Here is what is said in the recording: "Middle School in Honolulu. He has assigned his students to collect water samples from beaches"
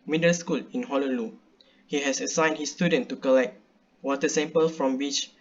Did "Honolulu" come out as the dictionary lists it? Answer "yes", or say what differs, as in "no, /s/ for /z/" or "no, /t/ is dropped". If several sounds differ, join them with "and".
no, /l/ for /n/